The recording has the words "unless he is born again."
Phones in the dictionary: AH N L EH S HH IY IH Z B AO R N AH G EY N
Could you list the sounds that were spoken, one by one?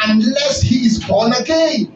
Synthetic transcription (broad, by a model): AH N L EH S HH IY IH Z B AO L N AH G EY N